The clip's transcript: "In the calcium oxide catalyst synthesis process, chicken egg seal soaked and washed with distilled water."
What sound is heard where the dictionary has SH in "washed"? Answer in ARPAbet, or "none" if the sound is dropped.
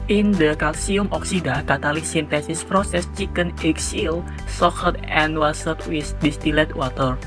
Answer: S